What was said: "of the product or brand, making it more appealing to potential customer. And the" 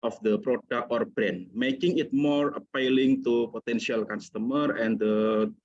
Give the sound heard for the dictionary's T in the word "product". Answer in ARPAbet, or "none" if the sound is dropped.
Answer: none